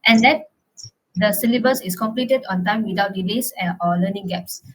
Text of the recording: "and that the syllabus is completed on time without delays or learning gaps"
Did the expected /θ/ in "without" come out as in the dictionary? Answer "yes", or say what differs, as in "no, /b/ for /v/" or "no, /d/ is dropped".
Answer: no, /t/ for /θ/